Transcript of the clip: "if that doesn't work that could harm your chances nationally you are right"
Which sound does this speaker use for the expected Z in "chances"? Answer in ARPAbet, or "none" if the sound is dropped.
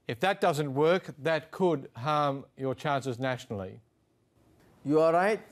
Z